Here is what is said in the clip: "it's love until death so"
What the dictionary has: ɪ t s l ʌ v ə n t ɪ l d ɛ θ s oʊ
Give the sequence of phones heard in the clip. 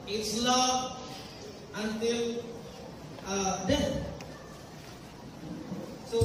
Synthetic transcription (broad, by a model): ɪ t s l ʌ ə n t ɪ l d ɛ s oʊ